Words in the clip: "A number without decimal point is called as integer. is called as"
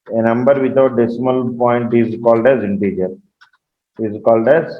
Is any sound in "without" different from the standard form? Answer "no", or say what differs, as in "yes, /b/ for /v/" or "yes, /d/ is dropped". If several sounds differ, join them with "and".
yes, /t/ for /θ/